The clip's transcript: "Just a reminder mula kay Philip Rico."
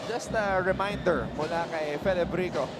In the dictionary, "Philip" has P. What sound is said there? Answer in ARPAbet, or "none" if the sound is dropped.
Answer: B